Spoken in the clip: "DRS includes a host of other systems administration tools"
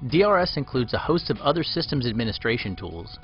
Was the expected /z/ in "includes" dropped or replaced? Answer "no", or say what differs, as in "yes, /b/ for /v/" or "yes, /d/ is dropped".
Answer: no